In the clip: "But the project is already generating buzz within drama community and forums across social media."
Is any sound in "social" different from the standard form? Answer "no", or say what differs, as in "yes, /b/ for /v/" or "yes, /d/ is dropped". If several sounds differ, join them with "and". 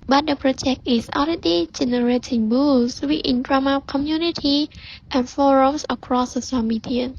yes, /s/ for /ʃ/